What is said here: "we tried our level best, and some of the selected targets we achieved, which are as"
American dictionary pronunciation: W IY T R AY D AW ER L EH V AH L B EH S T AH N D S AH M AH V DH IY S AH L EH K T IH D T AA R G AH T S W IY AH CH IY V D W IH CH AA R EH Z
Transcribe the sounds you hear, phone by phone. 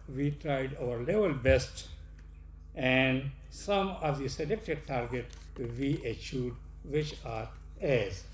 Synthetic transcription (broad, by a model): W IY T R AY D AW ER L EH V AH L B EH S T AH N D S AH M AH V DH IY S AH L EH K T IH D T AA R G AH T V IY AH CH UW D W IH CH AA R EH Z